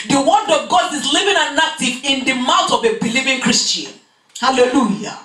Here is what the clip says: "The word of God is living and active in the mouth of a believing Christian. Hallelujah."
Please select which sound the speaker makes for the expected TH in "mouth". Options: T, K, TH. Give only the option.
T